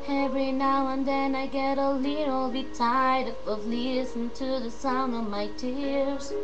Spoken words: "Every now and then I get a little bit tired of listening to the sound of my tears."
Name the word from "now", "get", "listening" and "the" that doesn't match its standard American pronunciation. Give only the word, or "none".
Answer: listening